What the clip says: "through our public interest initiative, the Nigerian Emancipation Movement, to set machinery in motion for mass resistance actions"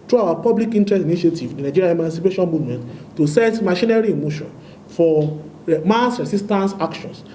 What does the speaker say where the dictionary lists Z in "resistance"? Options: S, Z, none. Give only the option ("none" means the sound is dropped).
S